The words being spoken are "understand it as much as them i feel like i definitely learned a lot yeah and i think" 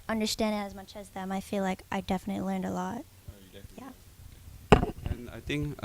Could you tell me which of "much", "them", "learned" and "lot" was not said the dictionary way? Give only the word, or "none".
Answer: none